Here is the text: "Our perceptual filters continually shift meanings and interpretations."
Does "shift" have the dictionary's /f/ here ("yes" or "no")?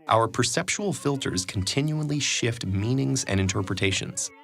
yes